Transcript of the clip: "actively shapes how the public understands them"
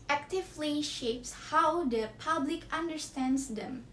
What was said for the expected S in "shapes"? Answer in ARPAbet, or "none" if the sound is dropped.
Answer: S